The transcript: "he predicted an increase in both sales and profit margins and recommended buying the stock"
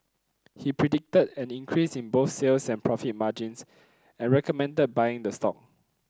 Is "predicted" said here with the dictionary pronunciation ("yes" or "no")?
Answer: yes